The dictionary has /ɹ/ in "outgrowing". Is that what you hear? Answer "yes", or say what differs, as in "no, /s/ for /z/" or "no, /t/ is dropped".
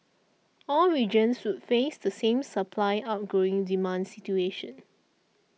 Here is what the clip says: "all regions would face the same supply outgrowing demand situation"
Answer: no, /ɹ/ is dropped